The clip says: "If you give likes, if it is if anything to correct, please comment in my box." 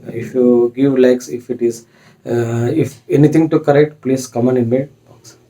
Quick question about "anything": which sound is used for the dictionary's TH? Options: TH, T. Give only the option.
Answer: T